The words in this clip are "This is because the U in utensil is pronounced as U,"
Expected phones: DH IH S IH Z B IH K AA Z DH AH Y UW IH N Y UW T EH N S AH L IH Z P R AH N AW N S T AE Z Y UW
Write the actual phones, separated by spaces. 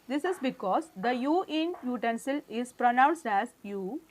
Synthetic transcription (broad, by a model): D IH S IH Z B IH K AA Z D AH Y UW IH N Y UW T EH N S AH L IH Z P R AH N AW N S T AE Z Y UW